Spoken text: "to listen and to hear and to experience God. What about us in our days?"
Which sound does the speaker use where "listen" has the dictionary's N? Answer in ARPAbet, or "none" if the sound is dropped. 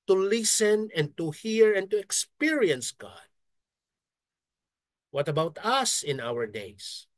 N